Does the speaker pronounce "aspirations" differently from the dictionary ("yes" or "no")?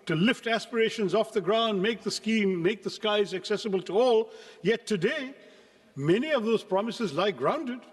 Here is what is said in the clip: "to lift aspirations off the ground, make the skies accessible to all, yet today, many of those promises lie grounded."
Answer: no